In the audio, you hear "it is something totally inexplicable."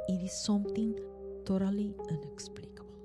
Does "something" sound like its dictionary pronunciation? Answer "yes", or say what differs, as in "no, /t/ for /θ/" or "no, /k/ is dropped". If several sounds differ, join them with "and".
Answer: no, /t/ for /θ/